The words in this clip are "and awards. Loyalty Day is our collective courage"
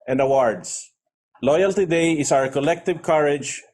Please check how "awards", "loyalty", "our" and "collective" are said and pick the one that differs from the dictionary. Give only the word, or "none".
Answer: awards